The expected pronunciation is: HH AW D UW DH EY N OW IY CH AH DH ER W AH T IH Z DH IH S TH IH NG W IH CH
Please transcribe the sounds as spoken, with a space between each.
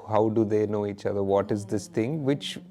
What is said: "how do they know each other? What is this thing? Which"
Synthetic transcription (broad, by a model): HH AW D UW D EY N OW IY CH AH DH ER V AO T IH Z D IH S T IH NG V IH CH